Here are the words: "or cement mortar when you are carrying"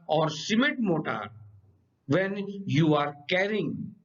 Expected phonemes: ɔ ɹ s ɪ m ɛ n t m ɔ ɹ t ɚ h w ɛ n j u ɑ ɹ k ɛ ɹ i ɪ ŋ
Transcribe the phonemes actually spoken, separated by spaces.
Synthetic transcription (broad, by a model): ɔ ɹ s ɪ m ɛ t m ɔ t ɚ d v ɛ n j u ɑ ɹ k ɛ ɹ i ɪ ŋ